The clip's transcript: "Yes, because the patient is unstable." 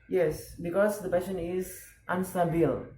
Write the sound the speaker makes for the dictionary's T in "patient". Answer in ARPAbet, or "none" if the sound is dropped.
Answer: none